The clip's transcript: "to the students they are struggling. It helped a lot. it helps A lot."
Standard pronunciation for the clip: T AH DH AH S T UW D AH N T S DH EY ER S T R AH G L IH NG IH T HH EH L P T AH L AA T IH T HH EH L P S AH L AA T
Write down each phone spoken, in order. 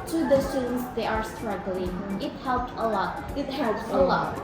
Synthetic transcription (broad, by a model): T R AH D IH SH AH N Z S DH EY ER S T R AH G L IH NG IH T HH EH L P T AH L AA T IH T HH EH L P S AH L AA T